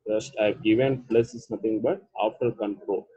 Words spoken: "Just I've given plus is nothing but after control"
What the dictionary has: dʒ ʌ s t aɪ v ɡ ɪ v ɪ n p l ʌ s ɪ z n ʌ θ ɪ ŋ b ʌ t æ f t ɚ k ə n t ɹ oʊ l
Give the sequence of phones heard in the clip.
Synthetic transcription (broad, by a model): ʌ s t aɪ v ɡ ɪ v ɪ n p l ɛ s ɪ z n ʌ t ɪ ŋ b ʌ t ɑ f t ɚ k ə n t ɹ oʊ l